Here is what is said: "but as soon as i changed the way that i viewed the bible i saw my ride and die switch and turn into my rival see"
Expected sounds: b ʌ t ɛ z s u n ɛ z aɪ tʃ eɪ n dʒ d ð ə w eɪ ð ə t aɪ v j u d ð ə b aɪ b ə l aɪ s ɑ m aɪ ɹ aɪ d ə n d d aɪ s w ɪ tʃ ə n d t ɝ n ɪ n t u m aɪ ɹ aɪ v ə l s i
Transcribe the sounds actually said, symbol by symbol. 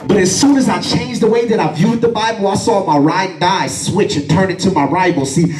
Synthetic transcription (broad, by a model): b ʌ t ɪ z s u n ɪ z aɪ tʃ eɪ n dʒ ð ə w eɪ ð ə t aɪ v j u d ð ə b aɪ b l aɪ s ɑ m aɪ ɹ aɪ ə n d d aɪ s w ɪ tʃ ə n t ɝ n ɪ n t u m aɪ ɹ aɪ b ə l s i